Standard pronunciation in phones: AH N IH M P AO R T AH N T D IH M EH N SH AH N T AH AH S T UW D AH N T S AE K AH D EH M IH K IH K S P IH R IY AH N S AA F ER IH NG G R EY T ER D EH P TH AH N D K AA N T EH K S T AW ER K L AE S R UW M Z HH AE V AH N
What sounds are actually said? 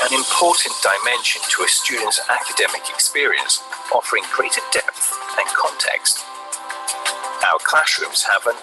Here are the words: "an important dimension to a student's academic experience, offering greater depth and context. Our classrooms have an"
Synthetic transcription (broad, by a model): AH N IH M P AO T N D IH M EH N SH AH N T AH AH S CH UW D N T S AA K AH D EH M IH K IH K S P IH R IY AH N S AA F ER IH NG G R EY T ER D EH P TH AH N K AA N T EH K S T AW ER K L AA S R UW M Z HH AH V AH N